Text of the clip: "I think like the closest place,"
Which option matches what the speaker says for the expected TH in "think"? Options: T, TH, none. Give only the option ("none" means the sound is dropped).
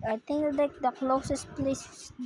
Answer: T